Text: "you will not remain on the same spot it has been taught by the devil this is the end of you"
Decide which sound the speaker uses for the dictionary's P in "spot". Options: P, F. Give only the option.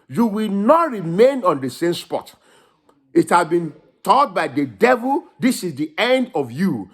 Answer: P